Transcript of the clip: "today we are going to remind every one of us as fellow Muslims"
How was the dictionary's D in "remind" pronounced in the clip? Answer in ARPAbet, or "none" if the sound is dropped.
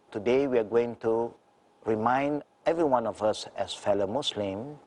D